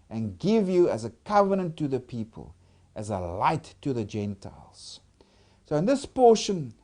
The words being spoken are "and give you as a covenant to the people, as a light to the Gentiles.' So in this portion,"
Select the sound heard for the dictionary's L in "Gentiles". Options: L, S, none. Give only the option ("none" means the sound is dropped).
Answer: L